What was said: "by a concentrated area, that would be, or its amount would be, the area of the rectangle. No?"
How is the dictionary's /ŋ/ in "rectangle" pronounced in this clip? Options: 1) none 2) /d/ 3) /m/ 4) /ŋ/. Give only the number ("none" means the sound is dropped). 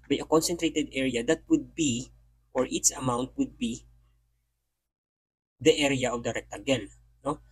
1